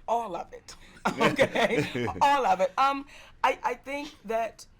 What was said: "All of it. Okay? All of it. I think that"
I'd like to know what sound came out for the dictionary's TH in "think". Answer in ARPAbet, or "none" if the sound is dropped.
TH